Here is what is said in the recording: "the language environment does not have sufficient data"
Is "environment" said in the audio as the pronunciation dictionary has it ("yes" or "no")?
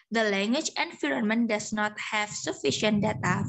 no